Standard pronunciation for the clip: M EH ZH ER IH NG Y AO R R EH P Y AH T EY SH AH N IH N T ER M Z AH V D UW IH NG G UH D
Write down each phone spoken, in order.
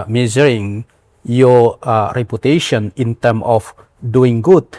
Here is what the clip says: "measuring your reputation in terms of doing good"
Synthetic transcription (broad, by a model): M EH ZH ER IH NG Y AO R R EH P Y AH T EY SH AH N IH N T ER M AH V D UW IH NG G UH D